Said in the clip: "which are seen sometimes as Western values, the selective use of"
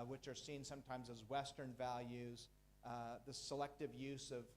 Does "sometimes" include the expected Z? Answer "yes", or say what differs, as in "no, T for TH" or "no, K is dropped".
yes